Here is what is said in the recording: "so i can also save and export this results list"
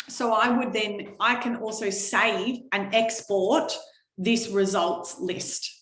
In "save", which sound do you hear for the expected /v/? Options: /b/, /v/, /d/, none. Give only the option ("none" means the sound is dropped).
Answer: /v/